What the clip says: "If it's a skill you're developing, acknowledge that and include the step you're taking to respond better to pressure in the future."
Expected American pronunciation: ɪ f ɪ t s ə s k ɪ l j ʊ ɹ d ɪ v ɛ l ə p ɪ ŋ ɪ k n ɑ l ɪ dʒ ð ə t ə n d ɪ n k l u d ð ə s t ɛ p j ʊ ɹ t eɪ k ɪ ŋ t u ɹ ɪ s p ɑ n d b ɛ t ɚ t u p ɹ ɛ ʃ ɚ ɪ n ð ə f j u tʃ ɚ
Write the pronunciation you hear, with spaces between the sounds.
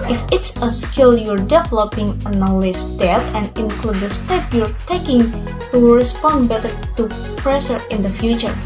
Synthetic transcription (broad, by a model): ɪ f ɪ t s ə s k ɪ l j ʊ ɹ d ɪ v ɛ l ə p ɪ ŋ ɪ n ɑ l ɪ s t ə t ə n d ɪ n k l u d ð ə s t ɛ p j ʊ ɹ t eɪ k ɪ ŋ t u ɹ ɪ s p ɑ n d b ɛ t ɚ t u p ɹ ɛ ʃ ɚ ɪ n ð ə f j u tʃ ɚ